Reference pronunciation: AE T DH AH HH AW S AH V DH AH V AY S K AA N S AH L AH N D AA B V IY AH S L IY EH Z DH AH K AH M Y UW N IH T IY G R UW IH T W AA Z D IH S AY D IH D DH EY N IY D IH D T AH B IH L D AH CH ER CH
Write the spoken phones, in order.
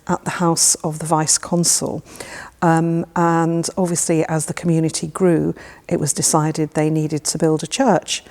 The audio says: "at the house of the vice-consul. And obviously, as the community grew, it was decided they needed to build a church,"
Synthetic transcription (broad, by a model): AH T DH AH HH AW S AH V DH AH V AY S K AA N S AH L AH N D AA B V IY AH S L IY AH Z DH AH K AH M Y UW N IH T IY G R UW IH T W AA Z D IH S AY D IH D DH EY N IY D IH D T AH B IH L D AH CH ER CH